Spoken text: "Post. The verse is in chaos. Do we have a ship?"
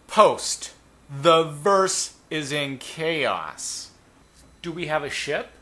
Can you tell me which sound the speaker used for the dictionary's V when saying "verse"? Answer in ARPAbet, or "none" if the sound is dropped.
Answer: V